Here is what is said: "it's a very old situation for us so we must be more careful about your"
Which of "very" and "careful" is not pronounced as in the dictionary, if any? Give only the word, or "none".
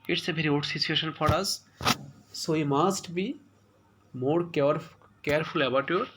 very